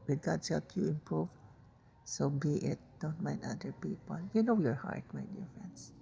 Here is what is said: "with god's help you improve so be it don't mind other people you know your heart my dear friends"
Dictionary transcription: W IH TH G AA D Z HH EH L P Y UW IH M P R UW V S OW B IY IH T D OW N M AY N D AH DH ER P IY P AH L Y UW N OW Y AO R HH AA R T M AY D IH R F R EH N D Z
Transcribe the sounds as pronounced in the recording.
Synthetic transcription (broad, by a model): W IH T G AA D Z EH P Y UW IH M P R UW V S OW B IY IH T D OW N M AY N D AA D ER P IY P AH L Y UW N OW Y AO R HH AA R T M AY D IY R F R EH N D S